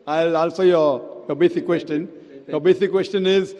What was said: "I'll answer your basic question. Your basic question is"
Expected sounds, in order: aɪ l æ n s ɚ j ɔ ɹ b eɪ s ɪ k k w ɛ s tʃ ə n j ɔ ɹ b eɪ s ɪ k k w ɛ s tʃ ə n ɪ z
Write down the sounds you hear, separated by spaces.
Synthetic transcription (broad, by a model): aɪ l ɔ l s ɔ j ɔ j b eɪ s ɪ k k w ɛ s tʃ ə n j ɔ b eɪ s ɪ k k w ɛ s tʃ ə n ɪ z